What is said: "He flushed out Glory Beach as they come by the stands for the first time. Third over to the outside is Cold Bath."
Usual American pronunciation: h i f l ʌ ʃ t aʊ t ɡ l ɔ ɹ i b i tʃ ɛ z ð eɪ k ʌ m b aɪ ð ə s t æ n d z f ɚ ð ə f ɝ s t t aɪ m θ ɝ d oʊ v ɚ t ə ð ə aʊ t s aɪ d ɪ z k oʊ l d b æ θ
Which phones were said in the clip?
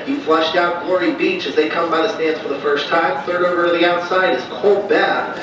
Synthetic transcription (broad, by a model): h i f l ʌ ʃ t aʊ t ɡ l ɔ ɹ i b i tʃ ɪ z ð eɪ k ʌ m b aɪ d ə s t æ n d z f ɚ ð ə f ɝ s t t aɪ m θ ɝ d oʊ ɚ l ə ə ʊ t s aɪ d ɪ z k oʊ l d b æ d